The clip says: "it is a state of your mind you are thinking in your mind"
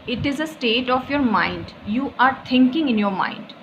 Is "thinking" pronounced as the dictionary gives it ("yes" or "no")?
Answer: no